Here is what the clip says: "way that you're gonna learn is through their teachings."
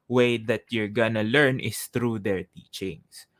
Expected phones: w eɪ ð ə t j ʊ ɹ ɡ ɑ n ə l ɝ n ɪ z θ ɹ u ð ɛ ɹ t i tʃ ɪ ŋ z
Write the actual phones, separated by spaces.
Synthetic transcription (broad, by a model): w eɪ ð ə t j ʊ ɹ ɡ ɑ n ə l ɝ n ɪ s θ ɹ u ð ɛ ɹ t i tʃ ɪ ŋ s